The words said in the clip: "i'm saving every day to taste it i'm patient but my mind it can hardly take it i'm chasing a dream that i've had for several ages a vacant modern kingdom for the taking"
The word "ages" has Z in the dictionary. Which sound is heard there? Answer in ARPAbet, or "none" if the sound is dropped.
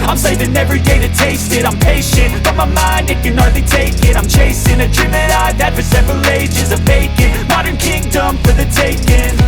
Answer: Z